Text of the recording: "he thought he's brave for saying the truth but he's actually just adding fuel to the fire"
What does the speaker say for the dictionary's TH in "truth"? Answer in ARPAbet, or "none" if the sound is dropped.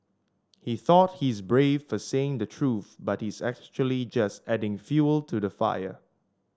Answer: TH